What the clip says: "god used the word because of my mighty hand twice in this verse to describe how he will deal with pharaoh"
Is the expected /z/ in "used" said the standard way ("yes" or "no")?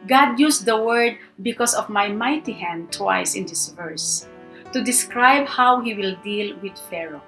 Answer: no